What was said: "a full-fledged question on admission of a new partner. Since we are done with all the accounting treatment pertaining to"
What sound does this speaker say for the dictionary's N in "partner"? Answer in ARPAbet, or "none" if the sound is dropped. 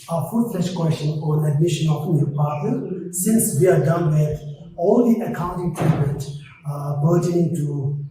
none